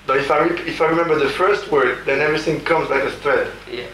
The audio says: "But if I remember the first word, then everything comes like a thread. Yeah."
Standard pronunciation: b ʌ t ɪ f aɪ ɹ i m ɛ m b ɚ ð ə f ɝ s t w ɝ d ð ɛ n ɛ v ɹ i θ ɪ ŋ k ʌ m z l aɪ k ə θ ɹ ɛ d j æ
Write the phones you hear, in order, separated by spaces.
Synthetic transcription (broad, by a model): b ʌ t ɪ f aɪ ɹ i m ɛ m b ɚ ð ə f ɝ s t w ɝ d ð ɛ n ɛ v ɹ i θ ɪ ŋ k ʌ m z l aɪ k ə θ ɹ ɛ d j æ